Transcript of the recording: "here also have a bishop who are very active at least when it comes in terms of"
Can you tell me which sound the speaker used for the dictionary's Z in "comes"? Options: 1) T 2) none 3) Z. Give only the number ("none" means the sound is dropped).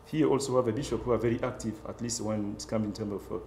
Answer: 2